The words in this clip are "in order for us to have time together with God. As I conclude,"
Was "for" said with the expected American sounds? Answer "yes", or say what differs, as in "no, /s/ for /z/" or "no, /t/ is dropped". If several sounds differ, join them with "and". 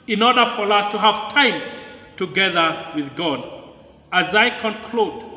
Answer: yes